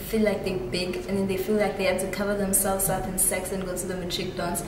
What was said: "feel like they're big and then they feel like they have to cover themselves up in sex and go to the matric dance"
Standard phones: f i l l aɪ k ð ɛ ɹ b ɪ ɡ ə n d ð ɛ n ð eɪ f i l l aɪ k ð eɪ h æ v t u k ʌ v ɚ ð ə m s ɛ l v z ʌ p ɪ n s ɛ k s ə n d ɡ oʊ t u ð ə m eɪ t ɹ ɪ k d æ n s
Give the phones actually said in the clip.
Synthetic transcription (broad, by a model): f i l l aɪ k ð ɛ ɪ b ɪ ɡ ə n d ð ɛ n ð eɪ f i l l aɪ k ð eɪ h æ b t u k ʌ v ɚ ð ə m s ɛ l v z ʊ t ɪ n s ɛ k s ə n ɡ oʊ t u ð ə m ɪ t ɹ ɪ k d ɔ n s